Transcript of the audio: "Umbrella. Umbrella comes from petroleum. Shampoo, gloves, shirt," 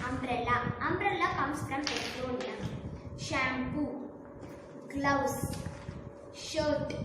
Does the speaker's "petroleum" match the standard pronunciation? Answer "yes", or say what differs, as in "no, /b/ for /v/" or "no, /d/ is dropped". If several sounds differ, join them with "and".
no, /n/ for /l/